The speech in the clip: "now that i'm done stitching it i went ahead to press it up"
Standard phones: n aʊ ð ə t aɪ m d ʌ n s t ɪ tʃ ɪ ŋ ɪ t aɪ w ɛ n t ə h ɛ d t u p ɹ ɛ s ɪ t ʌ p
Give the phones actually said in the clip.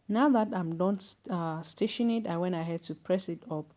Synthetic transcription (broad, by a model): n aʊ ð ə t aɪ m d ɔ n s t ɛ ʃ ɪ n ɪ t aɪ w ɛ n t ə h ɛ d t u p ɹ ɛ s ɪ t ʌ p